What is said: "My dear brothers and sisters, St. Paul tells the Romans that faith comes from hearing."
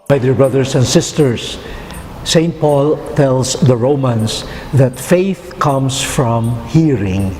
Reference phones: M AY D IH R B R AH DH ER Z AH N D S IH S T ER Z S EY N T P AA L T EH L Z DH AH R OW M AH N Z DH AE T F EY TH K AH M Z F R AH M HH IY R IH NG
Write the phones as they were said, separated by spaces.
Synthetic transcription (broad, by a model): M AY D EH R B R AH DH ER S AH N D S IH S T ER S EY N T P AA L T EH L S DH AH R OW M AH N S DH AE T F EY TH K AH M S F R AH M HH IY R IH NG